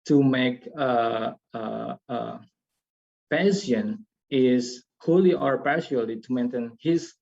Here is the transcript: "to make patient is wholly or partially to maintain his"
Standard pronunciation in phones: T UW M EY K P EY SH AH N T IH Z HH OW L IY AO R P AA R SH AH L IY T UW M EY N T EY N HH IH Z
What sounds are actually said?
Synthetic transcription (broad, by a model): T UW M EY K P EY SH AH N IH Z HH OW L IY AO R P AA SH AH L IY T UW M EY N T EY N HH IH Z